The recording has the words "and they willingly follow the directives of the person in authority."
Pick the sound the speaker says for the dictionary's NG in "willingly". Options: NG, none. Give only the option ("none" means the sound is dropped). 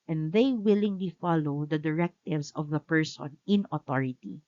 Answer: NG